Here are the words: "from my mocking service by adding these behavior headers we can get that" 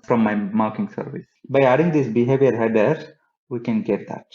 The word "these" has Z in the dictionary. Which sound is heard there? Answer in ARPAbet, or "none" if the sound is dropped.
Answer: S